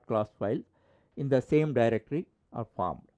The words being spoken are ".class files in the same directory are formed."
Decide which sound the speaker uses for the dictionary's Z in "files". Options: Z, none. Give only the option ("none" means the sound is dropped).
none